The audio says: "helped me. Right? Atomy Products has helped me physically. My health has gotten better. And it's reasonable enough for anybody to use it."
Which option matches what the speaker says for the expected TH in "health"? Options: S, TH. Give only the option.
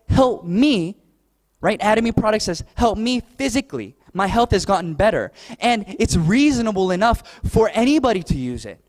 TH